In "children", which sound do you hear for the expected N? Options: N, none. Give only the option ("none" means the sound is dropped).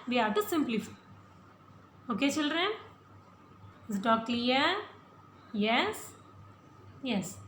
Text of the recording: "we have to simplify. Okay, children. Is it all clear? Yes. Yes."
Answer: N